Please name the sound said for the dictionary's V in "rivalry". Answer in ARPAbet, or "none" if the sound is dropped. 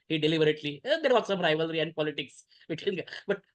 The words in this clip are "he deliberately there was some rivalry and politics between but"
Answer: V